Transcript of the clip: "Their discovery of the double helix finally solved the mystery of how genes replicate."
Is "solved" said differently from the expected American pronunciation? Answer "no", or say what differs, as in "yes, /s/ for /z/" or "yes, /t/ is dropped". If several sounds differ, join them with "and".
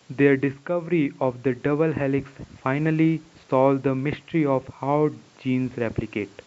yes, /v/ is dropped